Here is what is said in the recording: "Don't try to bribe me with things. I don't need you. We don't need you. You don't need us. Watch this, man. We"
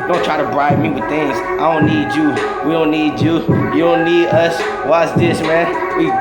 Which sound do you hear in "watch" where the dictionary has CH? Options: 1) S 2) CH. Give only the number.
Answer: 1